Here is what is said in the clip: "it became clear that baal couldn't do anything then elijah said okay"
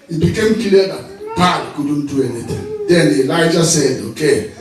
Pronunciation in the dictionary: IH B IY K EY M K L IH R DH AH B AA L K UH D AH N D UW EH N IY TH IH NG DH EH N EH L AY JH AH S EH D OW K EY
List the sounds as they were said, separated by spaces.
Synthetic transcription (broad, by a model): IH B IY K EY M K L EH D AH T AA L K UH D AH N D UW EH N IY T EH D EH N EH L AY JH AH S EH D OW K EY